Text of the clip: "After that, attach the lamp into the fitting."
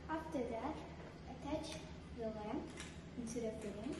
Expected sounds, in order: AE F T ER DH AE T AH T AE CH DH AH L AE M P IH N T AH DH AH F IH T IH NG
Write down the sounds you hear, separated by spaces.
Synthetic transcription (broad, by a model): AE F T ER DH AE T AH T AE CH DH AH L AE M IH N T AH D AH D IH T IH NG